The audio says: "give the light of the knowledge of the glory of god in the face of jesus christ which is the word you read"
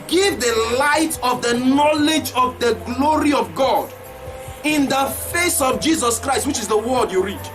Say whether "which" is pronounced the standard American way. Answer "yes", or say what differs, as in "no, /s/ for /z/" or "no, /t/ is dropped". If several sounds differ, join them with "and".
yes